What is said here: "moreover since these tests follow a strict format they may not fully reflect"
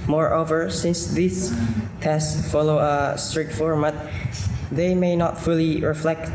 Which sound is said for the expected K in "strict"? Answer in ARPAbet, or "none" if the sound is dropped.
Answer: none